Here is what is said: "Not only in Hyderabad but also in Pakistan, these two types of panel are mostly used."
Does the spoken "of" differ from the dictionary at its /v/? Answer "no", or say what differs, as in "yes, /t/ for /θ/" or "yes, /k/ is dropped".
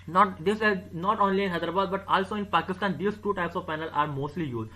no